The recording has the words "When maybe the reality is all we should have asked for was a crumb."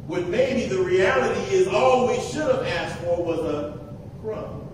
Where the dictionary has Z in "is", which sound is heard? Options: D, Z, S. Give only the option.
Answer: Z